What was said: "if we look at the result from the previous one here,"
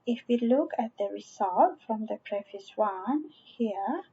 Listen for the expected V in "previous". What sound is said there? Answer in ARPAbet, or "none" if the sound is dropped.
F